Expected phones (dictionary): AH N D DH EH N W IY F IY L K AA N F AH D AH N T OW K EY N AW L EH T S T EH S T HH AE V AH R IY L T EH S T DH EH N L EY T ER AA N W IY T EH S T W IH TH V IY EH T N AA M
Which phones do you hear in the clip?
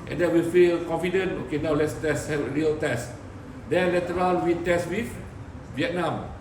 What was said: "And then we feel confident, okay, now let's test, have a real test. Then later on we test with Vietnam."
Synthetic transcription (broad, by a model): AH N D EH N W IY F IY L K AA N F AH D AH N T OW K EY N AW L EH T S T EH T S HH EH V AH R IY L T EH S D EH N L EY T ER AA L W IY T EH S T W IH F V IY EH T N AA M